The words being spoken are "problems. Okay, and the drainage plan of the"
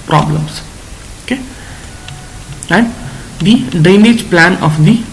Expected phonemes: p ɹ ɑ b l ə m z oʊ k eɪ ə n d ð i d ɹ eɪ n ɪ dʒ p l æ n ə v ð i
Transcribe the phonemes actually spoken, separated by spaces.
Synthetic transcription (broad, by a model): p ɹ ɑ b l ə m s oʊ k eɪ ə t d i d eɪ n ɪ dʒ p l æ n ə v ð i